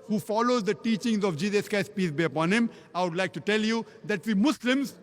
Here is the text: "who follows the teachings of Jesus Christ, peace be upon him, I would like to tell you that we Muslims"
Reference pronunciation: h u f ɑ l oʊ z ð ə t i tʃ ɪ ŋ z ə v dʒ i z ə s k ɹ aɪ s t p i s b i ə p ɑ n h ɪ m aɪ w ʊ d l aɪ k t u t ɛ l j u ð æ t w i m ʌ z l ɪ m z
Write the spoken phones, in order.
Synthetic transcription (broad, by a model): h u f ɑ l oʊ z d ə t i tʃ ɪ ŋ z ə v dʒ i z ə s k aɪ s p i s b i ə p ɑ n h ɪ m aɪ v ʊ d l aɪ k t u t ɛ l j u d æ t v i m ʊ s l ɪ m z